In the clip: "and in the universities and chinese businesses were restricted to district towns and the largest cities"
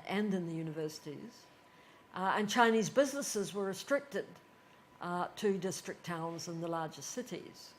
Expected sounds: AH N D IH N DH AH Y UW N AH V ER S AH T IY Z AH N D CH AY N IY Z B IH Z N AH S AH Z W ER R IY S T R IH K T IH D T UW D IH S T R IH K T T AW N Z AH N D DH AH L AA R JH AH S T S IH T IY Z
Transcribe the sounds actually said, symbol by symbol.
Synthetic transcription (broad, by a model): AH N IH N DH AH Y UW N AH V ER S AH T IY Z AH N CH AY N IY Z B IH Z N AH S AH Z W ER R IY S T R IH K T IH D T UW D IH S T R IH K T T AW N Z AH N DH AH L AA R JH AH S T S IH T IY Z